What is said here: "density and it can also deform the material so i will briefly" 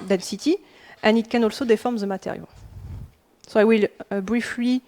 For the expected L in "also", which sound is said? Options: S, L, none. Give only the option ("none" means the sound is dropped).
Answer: L